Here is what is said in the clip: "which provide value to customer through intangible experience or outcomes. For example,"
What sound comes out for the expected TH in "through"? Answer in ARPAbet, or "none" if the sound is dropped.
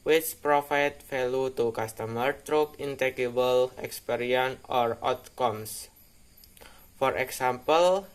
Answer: T